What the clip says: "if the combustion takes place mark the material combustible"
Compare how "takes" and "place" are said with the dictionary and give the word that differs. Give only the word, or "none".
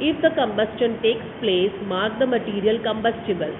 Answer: none